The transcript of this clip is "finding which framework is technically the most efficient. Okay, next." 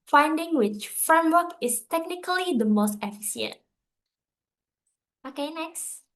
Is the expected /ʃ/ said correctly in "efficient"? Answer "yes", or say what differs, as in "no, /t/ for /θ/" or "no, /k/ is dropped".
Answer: no, /s/ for /ʃ/